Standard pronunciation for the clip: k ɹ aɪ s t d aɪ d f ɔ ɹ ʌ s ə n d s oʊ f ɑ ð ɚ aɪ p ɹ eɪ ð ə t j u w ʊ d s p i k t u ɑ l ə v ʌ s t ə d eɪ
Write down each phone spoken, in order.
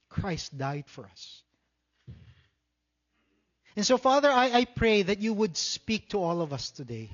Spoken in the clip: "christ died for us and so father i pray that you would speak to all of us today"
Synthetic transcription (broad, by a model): k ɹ aɪ s t d aɪ d f ɔ ɹ ʌ s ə n s oʊ f ɑ ð ɚ aɪ p ɹ eɪ ð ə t j u w ʊ d s p i k t u ɑ l ə v ʌ s t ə d eɪ